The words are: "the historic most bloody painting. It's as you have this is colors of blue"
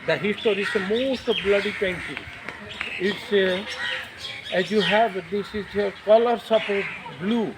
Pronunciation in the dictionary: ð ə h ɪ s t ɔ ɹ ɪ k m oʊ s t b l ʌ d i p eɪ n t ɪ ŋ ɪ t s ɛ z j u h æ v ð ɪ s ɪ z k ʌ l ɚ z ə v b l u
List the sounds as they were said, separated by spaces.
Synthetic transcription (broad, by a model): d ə h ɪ s t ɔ ɹ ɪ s m oʊ s t b l ʌ d i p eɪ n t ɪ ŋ ɪ t s ɛ z j u h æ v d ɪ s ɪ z k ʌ l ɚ s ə p b l u